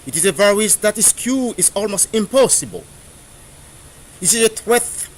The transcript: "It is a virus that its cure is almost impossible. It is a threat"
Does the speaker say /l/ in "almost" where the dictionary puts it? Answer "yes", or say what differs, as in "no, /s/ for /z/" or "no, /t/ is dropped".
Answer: yes